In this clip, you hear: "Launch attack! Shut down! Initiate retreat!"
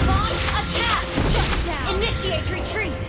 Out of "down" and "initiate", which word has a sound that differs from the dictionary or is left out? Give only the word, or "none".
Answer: down